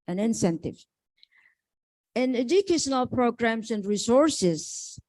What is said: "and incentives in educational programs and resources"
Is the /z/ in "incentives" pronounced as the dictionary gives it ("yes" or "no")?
no